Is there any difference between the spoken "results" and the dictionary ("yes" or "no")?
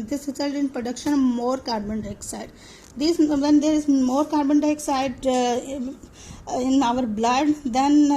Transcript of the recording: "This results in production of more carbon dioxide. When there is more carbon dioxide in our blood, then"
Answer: yes